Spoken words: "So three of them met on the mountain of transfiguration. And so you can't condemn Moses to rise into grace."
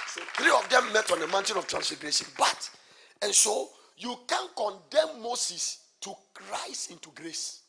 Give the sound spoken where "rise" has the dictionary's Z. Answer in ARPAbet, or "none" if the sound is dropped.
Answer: S